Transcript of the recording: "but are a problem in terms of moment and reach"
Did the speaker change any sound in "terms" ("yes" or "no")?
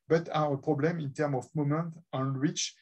yes